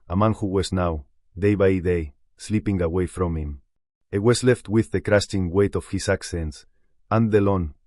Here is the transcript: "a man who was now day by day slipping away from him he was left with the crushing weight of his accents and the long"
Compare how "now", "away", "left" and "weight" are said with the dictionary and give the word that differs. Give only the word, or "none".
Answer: none